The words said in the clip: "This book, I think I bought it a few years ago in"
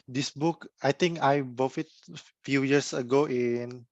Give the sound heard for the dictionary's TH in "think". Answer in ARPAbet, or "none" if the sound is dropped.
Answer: T